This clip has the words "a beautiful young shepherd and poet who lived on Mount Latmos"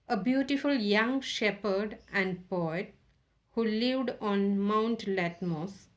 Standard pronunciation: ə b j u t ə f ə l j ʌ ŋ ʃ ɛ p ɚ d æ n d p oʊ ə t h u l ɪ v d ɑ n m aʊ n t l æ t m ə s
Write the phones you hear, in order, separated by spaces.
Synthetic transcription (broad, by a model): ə b j u t ə f ə l j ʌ ŋ ʃ ɛ p ɚ d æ n d p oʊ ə t h u l ɪ v d ɑ n m aʊ n t l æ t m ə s